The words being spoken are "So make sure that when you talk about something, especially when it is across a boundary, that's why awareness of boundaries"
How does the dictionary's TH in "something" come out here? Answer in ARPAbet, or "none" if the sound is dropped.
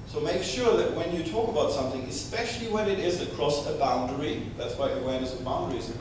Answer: TH